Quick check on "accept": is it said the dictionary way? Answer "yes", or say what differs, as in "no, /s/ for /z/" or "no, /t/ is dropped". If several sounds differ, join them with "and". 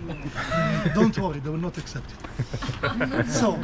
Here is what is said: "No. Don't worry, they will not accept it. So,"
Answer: yes